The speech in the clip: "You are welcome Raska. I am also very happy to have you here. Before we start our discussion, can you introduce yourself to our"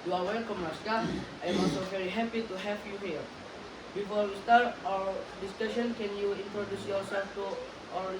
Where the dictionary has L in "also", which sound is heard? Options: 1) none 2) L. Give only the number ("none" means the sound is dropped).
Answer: 1